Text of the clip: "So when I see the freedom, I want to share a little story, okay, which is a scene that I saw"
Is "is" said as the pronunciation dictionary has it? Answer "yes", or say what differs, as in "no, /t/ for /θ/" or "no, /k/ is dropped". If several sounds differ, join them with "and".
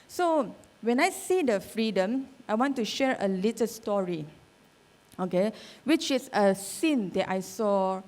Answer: no, /s/ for /z/